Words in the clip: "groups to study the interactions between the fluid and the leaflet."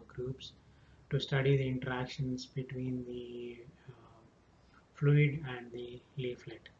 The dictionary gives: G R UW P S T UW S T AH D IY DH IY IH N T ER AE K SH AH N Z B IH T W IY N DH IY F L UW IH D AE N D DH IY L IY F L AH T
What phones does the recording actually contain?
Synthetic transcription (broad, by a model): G R UW P S T UW S T AH D IY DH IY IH N T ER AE K SH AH N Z B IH T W IY N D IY F L UW IH D AE N D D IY L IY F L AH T